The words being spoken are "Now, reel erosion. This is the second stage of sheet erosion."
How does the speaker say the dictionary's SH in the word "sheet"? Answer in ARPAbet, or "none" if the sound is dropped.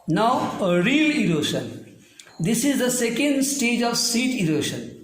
S